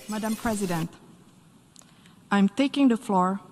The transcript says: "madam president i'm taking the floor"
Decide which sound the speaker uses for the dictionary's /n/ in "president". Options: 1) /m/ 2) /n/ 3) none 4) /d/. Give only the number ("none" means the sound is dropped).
2